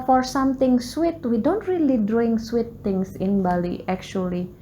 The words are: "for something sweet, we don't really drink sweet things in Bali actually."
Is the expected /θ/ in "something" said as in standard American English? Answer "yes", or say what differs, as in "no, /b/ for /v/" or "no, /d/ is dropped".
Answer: no, /t/ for /θ/